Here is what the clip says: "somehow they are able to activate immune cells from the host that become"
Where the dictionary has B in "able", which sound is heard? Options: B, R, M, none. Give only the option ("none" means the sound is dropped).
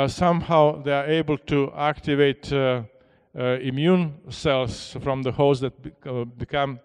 B